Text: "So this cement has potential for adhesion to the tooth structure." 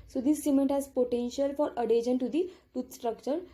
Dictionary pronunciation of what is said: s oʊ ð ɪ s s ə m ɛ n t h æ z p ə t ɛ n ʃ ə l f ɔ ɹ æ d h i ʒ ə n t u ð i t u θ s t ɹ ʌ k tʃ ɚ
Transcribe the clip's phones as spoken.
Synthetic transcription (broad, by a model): s oʊ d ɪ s s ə m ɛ n t h æ z p ə t ɛ n ʃ ə l f ɔ ɹ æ d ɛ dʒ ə n t u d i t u t s t ɹ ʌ k tʃ ɚ